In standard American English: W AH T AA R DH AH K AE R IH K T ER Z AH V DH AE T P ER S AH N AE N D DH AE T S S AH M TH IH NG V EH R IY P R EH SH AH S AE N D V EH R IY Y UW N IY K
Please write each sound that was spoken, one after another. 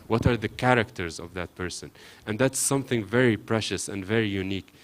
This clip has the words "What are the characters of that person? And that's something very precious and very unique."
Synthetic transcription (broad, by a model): W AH T AA R DH AH K AE R IH K T ER Z AH V DH AE T P ER S AH N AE N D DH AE T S S AH M TH IH NG V EH R IY P R EH SH AH S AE N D V EH R IY Y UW N IY K